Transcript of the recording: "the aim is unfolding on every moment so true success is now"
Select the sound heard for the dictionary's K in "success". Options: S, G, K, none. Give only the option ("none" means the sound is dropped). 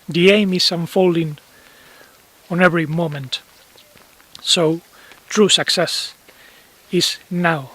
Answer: K